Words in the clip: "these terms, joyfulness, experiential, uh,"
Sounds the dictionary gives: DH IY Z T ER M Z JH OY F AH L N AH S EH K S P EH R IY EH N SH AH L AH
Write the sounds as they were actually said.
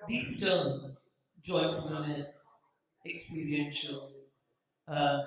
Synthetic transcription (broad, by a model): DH IY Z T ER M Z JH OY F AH N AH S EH K S P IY R IY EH N SH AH L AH